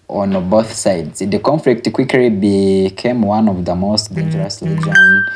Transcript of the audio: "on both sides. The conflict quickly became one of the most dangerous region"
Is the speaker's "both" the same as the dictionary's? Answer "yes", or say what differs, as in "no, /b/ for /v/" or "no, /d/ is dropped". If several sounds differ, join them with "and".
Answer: yes